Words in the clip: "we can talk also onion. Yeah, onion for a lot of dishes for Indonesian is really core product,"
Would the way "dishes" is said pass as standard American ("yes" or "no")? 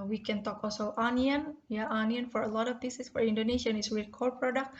no